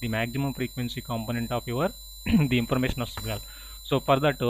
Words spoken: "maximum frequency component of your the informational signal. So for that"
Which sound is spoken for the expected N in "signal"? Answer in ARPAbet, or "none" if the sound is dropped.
none